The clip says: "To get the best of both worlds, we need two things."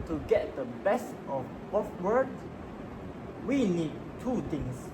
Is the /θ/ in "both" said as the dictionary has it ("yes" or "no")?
no